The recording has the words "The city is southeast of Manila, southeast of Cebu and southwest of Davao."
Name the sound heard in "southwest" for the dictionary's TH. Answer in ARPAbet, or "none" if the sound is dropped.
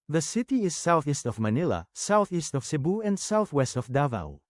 TH